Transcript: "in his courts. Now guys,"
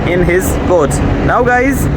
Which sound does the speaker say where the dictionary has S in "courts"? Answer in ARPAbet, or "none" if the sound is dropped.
none